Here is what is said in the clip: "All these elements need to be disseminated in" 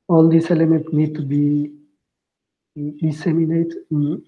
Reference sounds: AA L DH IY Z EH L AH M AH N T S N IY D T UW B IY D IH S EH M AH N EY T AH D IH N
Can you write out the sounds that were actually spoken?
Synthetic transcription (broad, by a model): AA L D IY S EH L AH M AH N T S N IY D T UW B IY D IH S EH M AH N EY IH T